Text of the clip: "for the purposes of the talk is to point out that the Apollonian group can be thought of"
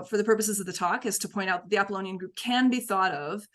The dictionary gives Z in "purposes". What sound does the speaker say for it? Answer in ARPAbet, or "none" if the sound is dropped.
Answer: Z